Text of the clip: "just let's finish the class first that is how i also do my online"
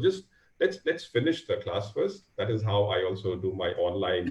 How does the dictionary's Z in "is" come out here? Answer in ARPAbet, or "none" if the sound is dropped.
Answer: Z